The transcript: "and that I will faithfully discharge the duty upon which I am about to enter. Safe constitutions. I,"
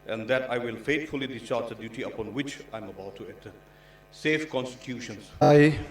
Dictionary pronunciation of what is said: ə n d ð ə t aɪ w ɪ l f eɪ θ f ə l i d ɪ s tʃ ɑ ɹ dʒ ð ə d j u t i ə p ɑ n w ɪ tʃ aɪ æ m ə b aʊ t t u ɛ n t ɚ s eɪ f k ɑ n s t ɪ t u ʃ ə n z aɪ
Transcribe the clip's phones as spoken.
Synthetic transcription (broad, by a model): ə n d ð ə t aɪ w ɪ l f eɪ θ f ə l i d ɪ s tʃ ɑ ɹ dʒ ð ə d j u t i ə p ɑ n w ɪ tʃ aɪ m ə b aʊ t t u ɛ t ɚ s eɪ f k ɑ n s t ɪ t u ʃ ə n s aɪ